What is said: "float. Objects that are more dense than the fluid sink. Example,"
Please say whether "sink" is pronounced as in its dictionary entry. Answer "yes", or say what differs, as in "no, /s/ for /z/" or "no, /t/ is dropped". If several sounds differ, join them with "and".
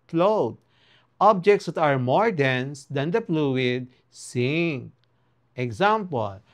no, /k/ is dropped